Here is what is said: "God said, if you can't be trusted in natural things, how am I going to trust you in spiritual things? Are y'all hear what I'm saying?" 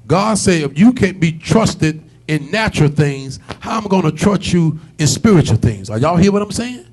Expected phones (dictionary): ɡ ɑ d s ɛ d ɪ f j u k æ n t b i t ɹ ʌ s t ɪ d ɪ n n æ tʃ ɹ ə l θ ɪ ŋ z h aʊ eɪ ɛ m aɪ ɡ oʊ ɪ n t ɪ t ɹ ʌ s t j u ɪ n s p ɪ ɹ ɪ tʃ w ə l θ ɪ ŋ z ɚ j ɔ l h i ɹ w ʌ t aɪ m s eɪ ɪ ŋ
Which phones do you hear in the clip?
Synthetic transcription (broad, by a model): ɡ ɑ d s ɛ ɪ f j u k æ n b i t ɹ ʌ s t ɪ d ɪ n n æ tʃ ɹ l θ ɪ ŋ z h aʊ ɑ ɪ m ɡ oʊ ɪ n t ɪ t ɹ ʌ s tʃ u ɪ n s p ɪ ɹ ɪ tʃ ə l θ ɪ ŋ z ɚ j ɔ l h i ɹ w ʌ t aɪ m s eɪ ɪ ŋ